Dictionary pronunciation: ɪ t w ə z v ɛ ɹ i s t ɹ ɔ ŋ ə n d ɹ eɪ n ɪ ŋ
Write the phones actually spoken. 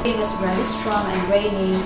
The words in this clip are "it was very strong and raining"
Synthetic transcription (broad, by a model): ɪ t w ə s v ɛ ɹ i s t ɹ ɔ ŋ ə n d ɹ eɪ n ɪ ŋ